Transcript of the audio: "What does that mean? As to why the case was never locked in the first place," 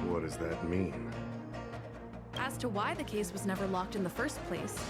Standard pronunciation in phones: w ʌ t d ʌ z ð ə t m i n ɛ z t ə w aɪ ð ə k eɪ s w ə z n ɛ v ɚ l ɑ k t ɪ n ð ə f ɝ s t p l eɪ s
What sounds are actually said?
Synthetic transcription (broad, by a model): w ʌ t d ʌ z ð ə t m i n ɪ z t ə w aɪ ð ə k eɪ s w ə z n ɛ v ɚ l ɑ k t ɪ n ð ə f ɝ s p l eɪ s